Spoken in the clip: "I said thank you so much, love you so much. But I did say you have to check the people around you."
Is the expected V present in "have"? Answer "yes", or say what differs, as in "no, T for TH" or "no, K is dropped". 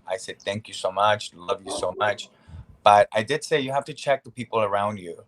no, F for V